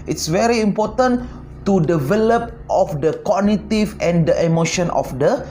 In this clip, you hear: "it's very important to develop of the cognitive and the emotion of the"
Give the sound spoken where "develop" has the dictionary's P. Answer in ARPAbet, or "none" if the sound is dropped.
P